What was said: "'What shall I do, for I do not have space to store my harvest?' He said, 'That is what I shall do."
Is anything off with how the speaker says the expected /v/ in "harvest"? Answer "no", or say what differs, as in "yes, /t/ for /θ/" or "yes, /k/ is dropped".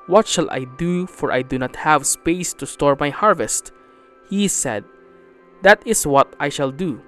no